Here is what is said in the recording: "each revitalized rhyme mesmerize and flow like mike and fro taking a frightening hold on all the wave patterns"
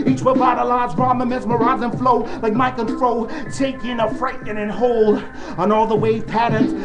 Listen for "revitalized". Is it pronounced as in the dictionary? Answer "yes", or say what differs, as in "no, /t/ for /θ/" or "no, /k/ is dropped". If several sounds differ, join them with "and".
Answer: no, /w/ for /ɹ/ and /b/ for /v/